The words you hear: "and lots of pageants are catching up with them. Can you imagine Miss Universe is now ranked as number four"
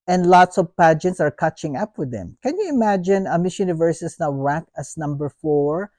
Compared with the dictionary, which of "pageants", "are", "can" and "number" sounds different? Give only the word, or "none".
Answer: none